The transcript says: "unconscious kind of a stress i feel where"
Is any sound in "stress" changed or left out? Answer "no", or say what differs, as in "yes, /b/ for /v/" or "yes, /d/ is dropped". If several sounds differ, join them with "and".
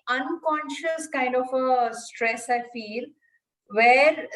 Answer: no